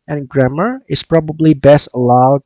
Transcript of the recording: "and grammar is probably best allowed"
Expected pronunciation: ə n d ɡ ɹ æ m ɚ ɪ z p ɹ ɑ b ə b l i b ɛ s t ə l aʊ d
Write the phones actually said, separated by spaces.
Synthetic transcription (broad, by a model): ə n ɡ ɹ æ m ɚ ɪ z p ɹ ɑ b ə b l i b ɛ s t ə l aʊ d